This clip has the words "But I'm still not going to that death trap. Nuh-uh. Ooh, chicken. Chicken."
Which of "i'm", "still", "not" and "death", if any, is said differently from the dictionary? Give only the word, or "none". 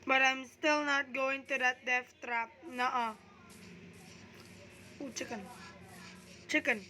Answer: death